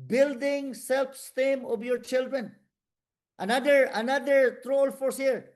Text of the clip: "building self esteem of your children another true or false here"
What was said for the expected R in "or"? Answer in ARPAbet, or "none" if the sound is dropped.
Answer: L